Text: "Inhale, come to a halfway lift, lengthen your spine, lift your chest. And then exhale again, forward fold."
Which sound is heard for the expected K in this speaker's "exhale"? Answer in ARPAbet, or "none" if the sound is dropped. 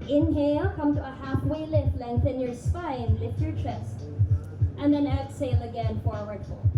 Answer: none